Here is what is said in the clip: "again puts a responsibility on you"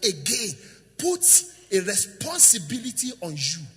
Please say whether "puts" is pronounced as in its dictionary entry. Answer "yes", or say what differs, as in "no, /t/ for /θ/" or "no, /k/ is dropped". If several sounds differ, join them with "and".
no, /s/ is dropped